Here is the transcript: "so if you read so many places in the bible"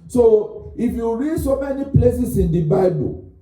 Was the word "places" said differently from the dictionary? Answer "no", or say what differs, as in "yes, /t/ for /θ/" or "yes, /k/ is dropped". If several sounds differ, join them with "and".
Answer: yes, /s/ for /z/